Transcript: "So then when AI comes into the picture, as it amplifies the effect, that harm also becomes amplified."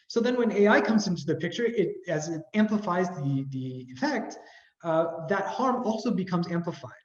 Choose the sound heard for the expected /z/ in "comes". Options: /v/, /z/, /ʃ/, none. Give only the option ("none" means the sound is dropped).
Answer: /z/